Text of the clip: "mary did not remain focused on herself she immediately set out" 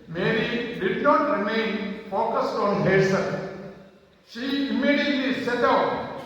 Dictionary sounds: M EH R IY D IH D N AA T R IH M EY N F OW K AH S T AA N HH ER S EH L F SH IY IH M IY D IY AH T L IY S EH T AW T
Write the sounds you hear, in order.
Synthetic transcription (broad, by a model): M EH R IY D IH D N AA T R IH M EY N F OW K AH S T AA N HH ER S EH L SH IY IH M IY D IY AH T L IY S EH T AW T